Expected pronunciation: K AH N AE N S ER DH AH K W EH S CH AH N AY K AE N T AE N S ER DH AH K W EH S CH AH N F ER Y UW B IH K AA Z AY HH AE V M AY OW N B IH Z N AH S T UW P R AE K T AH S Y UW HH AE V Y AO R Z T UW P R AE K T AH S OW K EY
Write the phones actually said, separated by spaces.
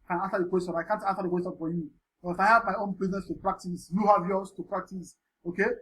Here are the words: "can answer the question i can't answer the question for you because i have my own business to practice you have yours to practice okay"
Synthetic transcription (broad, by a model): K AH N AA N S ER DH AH K W EH S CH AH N AY K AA N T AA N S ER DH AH K W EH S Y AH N F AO Y UW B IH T AA IH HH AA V M AY OW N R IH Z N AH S T UW P R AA K T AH S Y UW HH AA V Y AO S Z T UW P R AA K T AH S OW K EY